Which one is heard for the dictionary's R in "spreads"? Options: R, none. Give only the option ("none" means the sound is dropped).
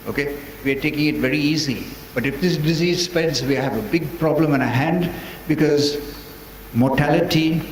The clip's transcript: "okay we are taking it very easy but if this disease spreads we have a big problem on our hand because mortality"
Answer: none